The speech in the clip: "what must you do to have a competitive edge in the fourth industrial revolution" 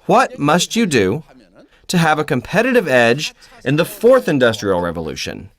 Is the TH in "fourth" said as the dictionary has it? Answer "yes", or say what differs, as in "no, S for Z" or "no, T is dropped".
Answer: yes